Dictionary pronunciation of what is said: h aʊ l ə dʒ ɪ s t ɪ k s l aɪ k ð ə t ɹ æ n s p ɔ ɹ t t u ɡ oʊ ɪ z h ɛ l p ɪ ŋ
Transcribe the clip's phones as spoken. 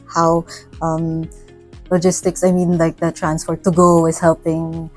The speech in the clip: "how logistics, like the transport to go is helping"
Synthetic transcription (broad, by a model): h aʊ l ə dʒ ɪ s t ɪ k s l aɪ k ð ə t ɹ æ n s f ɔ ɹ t t u ɡ oʊ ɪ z h ɛ l p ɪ ŋ